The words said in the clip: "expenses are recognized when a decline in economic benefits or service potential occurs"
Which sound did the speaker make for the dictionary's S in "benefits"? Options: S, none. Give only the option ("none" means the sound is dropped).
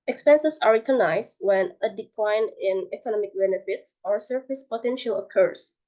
S